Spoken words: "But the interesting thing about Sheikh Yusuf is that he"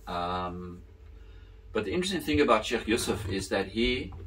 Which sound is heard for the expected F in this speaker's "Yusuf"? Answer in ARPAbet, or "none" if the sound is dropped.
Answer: F